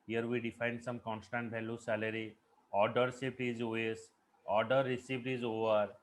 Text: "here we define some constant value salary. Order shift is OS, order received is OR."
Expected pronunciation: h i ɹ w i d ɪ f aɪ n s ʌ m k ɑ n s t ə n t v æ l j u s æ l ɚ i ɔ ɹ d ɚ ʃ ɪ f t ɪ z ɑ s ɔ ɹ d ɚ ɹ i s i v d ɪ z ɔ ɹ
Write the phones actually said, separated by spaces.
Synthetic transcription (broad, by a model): h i ɹ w i d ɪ f aɪ n s ʌ m k ɑ n s t ə n t b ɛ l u s æ l ɚ i ɔ ɹ d ɚ s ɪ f t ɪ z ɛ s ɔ ɹ d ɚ ɹ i s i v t ɪ z ɔ ɹ